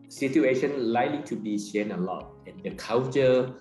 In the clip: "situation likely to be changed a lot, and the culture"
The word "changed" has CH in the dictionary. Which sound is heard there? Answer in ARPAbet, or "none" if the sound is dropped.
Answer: SH